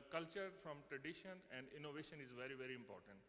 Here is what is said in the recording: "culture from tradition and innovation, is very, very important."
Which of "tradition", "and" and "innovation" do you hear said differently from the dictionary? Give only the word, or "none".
none